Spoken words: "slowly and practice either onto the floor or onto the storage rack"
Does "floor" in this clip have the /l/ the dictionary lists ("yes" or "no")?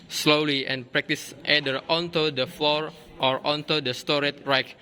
no